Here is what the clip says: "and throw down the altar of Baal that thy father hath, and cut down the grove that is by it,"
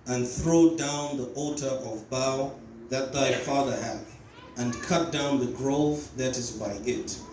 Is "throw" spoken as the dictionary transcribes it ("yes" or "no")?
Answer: yes